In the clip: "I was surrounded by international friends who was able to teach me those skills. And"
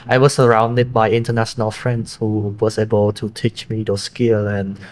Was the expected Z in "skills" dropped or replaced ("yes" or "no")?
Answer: yes